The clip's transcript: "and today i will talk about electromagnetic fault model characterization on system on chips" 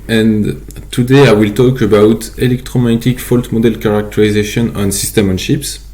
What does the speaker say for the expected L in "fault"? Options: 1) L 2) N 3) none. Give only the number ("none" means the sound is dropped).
1